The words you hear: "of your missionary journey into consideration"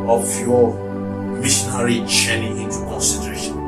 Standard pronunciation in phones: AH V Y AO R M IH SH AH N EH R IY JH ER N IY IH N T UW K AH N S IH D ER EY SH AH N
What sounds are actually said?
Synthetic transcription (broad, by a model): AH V Y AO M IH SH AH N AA R IY CH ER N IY IH N T UW K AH N S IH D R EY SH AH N